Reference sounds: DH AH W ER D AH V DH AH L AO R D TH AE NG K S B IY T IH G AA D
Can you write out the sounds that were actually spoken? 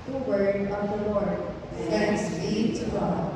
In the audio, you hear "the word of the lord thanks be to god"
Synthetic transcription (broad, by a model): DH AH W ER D AH V DH AH L AO R D S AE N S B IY T IH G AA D